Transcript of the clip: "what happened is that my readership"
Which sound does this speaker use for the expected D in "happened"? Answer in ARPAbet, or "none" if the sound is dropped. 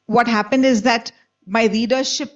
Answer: D